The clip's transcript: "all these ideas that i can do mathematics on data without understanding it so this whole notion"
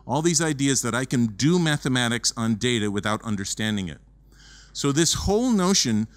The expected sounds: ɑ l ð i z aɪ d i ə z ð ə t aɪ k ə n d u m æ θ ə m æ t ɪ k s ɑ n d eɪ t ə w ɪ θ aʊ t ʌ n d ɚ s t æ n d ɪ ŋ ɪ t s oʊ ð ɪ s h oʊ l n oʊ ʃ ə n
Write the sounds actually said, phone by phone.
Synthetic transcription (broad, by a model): ɑ l ð i z aɪ d i ə z ð ə t aɪ k ə n d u m æ θ ə m æ t ɪ k s n d eɪ t ə w ɪ θ aʊ t ʌ n d ɚ s t æ n d ɪ ŋ ɪ t s oʊ ð ɪ s h oʊ l n oʊ ʃ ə n